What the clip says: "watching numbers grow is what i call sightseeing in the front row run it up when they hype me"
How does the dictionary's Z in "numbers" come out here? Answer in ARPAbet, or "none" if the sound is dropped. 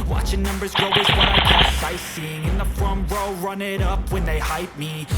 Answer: Z